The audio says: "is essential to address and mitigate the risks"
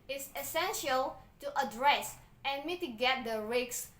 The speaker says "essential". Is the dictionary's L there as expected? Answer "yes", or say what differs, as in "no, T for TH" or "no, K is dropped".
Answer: yes